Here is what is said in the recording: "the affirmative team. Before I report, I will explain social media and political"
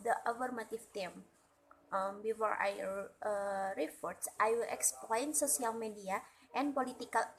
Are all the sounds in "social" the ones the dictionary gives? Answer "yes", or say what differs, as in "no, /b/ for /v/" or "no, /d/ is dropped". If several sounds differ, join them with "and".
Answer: no, /s/ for /ʃ/